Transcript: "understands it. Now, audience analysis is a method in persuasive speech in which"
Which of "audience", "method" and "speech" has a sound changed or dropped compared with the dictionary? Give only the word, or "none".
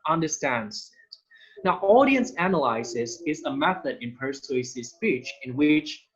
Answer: none